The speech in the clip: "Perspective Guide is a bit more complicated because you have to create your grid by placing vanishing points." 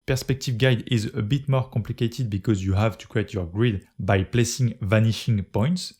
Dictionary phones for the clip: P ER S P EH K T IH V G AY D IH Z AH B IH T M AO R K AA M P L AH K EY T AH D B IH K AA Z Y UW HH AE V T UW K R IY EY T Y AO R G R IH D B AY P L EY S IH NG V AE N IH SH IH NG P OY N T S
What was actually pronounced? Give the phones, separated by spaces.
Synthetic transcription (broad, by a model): P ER S P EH K T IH V G AY D IH Z AH B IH T M AO R K AA M P L AH K EY T AH D B IH K AA Z Y UW HH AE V T UW K R IY EY T Y AO R G R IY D B AY P L EY S IH NG V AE N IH SH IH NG P OY N T S